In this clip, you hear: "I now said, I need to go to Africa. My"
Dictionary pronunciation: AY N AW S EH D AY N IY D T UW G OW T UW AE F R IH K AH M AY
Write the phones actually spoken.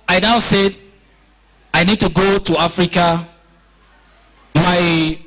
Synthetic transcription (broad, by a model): AY N AW S EH D AY N IY D T UW G OW T UW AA F R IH K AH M AY